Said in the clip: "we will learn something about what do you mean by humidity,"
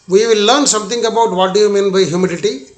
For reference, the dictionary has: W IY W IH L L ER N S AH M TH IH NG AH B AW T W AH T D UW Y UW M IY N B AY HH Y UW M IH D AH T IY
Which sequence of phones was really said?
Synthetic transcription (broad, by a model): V IY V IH L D N S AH M T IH NG AH B AW T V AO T D UW Y UW M IY N B AY HH Y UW M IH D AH T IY